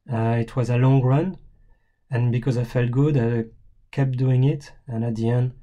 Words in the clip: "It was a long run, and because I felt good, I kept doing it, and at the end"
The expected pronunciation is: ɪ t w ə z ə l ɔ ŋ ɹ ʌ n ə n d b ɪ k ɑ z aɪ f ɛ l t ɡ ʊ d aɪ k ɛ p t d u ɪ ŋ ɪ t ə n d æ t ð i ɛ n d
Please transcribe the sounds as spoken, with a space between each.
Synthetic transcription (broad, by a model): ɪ t w ə z ə l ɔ ŋ ɹ ʌ n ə n b ɪ k ɑ z aɪ f ɛ l t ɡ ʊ d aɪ k ɛ p d u ɪ ŋ ɪ t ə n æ t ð i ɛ n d